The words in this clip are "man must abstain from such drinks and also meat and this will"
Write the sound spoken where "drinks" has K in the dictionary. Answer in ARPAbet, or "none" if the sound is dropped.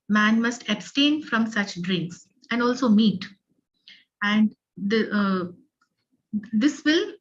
K